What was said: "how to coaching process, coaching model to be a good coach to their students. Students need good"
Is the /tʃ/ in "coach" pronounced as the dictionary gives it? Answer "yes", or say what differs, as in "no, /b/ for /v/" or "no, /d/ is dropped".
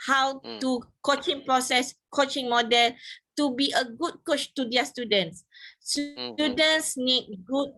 yes